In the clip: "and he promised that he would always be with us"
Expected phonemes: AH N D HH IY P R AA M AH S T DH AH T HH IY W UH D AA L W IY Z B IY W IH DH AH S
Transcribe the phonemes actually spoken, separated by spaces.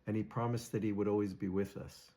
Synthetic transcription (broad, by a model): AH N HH IY P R AA M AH S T DH AH T HH IY W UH D AA L W IY Z B IY W IH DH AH S